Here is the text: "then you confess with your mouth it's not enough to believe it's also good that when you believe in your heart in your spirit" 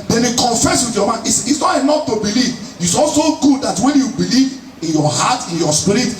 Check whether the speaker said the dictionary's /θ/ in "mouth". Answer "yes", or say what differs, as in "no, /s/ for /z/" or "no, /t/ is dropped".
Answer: no, /s/ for /θ/